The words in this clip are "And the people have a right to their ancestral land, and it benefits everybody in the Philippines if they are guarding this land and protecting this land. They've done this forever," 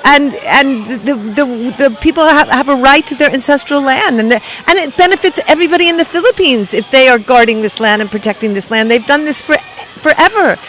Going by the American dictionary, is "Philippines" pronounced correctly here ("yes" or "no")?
yes